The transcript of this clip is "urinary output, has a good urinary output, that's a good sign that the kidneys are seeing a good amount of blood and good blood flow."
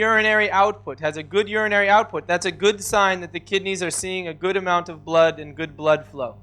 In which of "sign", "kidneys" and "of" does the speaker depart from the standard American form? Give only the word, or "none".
none